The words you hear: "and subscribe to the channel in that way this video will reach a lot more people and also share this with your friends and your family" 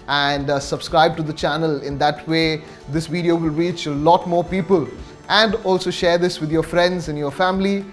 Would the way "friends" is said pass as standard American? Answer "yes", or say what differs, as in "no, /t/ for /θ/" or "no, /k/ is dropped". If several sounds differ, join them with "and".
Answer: yes